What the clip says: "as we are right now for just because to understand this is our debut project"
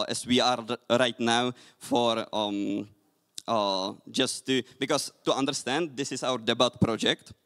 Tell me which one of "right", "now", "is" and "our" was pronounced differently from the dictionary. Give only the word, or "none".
is